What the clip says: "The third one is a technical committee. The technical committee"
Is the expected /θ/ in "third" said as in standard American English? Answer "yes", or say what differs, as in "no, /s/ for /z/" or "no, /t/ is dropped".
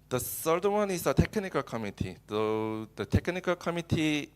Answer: no, /s/ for /θ/